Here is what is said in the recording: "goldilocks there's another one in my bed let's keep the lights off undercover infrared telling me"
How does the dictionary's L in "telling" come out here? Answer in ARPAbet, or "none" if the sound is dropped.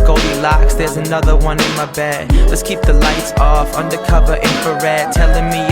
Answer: L